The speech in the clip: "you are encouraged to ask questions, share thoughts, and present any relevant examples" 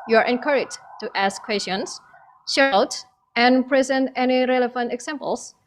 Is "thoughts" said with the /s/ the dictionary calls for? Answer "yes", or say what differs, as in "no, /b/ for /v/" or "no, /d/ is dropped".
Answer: no, /s/ is dropped